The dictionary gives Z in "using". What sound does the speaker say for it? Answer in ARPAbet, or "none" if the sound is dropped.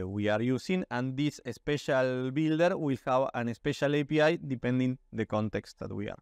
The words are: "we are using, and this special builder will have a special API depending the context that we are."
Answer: S